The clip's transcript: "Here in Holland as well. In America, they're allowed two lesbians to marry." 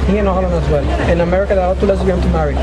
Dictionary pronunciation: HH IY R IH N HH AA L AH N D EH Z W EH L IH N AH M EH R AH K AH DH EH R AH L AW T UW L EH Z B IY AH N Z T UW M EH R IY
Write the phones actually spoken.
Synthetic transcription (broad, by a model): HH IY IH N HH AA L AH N EH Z W EH L IH N AH M EH R AH K AH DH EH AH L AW T UW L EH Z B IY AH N T UW M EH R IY